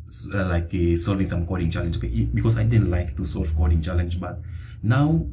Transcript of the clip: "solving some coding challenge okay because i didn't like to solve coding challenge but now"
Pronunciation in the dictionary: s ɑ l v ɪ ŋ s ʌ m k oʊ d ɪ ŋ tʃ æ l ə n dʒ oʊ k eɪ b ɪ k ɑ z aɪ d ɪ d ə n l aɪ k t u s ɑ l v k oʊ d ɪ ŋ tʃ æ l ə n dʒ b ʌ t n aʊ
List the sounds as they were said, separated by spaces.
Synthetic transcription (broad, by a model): s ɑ l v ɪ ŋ s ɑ m k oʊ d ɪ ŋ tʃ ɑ l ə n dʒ oʊ k eɪ b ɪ k ɑ s aɪ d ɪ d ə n l aɪ k t u s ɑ l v k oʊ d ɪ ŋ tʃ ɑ l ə n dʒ b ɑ t n aʊ